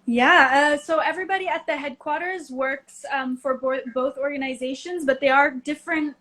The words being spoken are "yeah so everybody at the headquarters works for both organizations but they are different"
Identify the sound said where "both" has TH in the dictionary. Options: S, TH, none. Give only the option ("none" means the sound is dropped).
TH